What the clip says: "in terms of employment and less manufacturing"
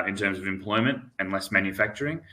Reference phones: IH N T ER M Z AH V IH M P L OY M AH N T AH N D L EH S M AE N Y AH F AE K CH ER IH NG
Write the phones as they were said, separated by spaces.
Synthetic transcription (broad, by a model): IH N T ER M Z AH V IH M P L OY M AH N T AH N L EH S M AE N Y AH F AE K CH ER IH NG